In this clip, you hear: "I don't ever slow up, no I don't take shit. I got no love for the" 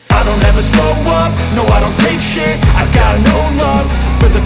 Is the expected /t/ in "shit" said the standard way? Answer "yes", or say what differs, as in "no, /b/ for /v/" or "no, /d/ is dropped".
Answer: no, /t/ is dropped